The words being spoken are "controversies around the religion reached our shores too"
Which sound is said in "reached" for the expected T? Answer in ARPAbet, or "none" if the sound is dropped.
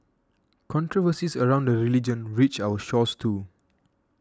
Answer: none